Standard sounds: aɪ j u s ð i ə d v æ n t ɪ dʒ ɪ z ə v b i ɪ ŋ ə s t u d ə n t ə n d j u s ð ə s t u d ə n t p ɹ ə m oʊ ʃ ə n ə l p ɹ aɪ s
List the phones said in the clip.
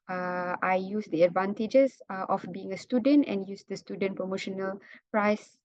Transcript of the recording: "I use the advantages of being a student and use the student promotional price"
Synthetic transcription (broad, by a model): aɪ j u s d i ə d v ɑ n t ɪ dʒ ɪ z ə f b i ɪ ŋ ə s t u d ə n t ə n j u s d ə s t u d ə n p ɹ ə m oʊ ʃ ə n ə l p ɹ aɪ s